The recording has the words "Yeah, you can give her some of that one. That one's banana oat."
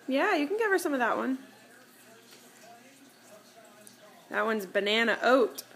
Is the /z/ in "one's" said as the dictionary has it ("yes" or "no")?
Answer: yes